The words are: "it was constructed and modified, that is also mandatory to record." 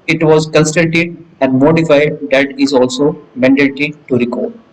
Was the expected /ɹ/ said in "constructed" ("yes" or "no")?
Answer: no